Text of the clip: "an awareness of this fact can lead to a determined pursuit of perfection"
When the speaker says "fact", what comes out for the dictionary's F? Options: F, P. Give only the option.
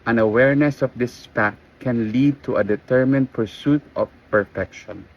P